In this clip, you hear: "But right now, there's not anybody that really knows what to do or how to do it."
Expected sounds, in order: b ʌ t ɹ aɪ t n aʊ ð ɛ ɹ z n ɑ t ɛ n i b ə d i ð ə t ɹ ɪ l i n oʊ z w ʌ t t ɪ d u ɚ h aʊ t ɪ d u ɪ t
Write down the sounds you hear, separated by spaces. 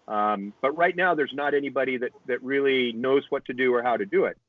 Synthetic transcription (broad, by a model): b ʌ t ɹ aɪ t n aʊ ð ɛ ɹ z n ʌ t ɛ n i b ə d i ð ə t ɹ ɪ l i n oʊ z w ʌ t t ɪ d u ɚ h aʊ t ɪ d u ɪ t